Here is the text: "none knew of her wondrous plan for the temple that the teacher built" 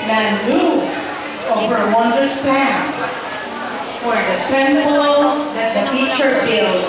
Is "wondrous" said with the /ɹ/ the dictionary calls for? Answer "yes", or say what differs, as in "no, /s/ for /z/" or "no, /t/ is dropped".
no, /ɹ/ is dropped